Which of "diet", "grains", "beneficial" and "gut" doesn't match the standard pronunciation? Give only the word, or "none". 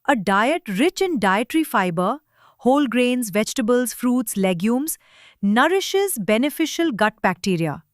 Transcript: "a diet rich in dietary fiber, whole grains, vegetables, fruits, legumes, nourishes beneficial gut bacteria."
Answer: none